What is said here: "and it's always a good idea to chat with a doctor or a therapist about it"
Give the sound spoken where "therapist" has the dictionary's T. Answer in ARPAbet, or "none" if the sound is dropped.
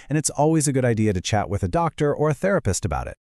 T